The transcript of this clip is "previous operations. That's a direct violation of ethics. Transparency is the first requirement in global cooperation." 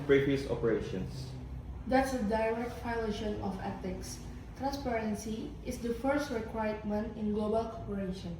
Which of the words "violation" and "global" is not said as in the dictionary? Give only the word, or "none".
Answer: violation